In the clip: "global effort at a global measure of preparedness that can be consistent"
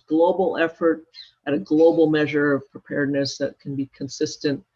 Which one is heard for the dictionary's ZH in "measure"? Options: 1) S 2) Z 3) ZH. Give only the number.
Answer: 3